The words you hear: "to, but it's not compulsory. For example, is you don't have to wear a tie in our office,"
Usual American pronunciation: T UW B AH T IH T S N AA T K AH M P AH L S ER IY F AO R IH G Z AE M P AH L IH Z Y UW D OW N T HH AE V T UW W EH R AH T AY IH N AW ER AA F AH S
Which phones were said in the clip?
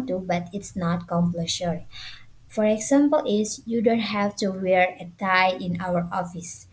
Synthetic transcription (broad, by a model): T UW B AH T IH T S N AA T K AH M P L SH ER F AO R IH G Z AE M P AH L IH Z Y UW D OW N T HH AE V T UW W EH R AH T AY IH N AW ER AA F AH S